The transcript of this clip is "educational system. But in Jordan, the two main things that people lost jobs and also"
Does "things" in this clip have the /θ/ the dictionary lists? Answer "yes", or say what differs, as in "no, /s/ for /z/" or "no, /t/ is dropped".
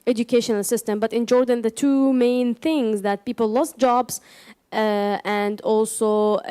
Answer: yes